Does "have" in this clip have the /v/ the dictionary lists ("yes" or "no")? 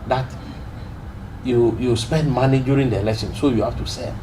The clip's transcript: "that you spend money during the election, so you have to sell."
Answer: no